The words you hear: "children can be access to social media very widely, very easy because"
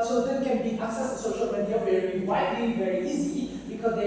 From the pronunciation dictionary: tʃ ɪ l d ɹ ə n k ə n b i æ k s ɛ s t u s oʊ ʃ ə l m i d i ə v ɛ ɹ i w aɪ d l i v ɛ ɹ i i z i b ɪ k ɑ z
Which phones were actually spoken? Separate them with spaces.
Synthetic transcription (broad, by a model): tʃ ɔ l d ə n k ə n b i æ k s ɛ s t u s oʊ ʃ ə l m i d i ə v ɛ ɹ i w aɪ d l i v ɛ ɹ i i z i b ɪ k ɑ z